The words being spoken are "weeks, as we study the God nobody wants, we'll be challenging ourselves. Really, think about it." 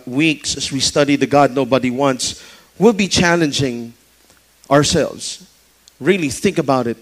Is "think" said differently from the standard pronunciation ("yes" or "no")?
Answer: no